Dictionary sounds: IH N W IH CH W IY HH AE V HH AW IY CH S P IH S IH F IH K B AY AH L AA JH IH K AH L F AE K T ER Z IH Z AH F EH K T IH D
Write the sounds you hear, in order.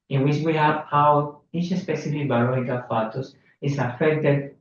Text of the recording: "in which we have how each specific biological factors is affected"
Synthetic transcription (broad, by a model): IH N W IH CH W IY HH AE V HH AW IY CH S P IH S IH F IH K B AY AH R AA IH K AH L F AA T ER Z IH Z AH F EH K T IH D